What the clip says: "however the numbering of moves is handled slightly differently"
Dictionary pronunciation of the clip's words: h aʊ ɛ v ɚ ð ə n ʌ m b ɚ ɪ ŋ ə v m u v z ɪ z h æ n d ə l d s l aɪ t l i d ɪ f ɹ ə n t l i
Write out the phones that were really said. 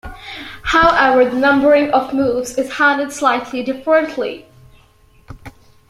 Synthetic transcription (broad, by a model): h aʊ ɛ v ɚ ð ə n ʌ m b ɚ ɪ ŋ ə v m u v z ɪ z h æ n d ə d s l aɪ t l i d ɪ f ɹ ə n t l i